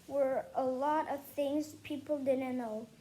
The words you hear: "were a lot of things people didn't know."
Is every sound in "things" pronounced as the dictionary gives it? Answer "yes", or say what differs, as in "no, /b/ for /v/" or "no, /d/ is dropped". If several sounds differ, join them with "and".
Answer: yes